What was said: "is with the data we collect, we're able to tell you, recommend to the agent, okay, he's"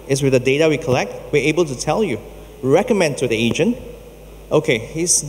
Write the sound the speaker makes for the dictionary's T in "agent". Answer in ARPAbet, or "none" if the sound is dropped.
T